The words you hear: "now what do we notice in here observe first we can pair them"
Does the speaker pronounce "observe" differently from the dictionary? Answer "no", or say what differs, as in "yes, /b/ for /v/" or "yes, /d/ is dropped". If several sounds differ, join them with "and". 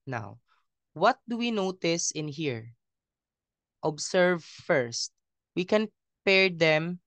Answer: yes, /s/ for /z/